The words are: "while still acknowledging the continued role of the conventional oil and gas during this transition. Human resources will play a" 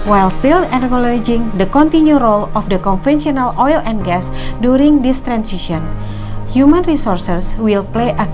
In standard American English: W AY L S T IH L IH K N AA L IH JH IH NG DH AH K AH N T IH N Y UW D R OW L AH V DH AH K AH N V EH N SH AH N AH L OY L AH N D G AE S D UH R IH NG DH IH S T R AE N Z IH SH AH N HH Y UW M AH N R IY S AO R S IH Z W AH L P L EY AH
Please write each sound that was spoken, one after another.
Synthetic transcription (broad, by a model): W AY L S T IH L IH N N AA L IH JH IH NG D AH K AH N T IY N Y UW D R OW L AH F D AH K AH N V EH N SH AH N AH L OY L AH N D G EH S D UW R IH NG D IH S T R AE N S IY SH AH N HH Y UW M AH N R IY S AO R S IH S W AH L P L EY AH